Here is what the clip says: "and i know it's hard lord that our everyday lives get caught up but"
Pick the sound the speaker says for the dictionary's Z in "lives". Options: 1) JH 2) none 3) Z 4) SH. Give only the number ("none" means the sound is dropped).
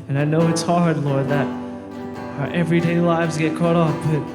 3